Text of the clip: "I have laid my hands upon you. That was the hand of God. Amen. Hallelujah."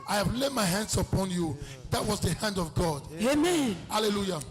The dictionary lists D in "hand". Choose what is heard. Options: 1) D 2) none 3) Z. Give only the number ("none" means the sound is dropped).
1